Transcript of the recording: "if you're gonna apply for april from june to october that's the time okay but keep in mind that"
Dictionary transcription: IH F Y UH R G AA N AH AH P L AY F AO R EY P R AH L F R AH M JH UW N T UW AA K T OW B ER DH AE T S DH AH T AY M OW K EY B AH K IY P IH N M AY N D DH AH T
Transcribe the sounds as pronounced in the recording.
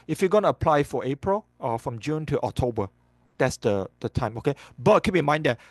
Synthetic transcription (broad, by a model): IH F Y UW G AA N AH AH P L AY F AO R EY P R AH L F R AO M JH UW N T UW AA K T OW B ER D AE T S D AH T AY M OW K EY B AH K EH B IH M AY N D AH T